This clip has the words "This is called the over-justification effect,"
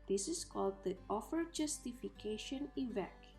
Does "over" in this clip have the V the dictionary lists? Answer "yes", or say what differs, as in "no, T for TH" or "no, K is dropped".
no, F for V